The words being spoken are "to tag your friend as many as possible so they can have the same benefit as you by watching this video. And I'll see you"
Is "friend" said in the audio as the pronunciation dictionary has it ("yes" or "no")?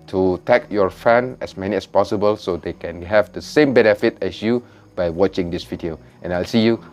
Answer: no